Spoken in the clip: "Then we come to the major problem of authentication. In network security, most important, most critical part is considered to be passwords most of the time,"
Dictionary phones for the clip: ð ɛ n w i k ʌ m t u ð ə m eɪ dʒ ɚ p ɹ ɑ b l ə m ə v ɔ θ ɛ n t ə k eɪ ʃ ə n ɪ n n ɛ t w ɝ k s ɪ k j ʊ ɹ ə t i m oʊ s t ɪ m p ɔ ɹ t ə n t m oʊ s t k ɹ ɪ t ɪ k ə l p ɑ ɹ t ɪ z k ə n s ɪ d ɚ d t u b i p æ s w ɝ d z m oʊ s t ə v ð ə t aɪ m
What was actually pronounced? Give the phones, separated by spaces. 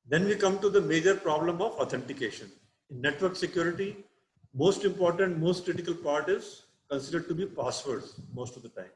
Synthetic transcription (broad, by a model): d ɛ n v i k ʌ m t u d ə m eɪ dʒ ɚ p ɹ ɑ b l ə m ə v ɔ t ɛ n t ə k eɪ ʃ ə n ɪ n n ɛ t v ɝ k s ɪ k j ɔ ɹ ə t i m oʊ s t ɪ m p ɔ ɹ t ə n t m oʊ s t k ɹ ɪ t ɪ k ə l p ɑ ɹ t ɪ z k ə n s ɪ d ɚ d t u b i p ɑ s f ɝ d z m oʊ s t ə v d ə t aɪ m